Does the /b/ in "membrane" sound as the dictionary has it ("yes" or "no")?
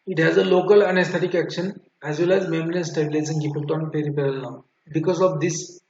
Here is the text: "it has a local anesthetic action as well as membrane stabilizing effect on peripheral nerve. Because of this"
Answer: no